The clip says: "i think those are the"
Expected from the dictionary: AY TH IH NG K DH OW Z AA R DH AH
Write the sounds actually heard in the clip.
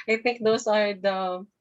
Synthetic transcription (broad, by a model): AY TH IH NG K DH OW S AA R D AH